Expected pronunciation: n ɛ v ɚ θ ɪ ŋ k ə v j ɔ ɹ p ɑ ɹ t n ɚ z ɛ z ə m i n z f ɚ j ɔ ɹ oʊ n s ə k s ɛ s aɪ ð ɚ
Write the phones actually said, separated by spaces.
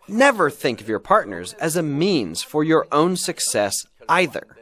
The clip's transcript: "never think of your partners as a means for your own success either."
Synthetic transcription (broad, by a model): n ɛ v ɚ θ ɪ ŋ k ə v j ɔ ɹ p ɑ ɹ t n ɚ z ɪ z ə m i n z f ɚ j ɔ ɹ oʊ n s ə k s ɛ s aɪ ð ɚ